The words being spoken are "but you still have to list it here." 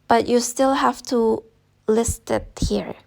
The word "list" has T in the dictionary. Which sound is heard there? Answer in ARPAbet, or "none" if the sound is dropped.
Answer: T